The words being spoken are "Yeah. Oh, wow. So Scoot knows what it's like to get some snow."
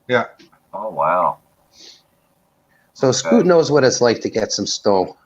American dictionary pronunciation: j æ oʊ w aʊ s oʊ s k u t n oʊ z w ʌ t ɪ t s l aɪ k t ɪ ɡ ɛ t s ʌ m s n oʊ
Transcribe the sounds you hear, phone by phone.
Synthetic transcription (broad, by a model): j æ oʊ w aʊ s oʊ s k u t n oʊ z w ʌ t ɪ t s l aɪ k t ɪ ɡ ɛ t s ʌ m s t oʊ